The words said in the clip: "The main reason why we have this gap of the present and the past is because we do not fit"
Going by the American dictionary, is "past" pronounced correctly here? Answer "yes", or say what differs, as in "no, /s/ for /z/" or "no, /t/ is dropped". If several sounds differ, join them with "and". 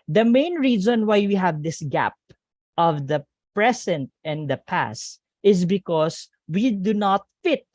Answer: yes